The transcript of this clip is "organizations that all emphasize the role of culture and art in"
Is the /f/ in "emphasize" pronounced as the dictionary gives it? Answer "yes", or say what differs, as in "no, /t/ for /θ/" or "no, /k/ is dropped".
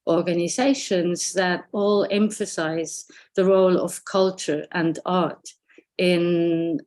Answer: yes